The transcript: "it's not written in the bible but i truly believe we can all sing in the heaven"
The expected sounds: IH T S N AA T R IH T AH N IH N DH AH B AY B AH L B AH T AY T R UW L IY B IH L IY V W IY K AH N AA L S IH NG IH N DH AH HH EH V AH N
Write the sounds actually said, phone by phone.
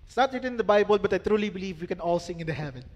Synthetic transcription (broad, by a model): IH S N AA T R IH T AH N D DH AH B AY B AH L B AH T AY T R UW L IY B IH L IY V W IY K AH N AA L S IH NG IH N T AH HH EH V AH N